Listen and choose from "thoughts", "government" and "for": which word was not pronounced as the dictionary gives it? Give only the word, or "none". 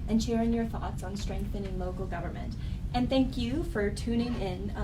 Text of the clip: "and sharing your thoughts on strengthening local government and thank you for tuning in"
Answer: none